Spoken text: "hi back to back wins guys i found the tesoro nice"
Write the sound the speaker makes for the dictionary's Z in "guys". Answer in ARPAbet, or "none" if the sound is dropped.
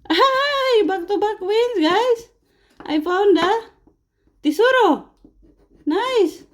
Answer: S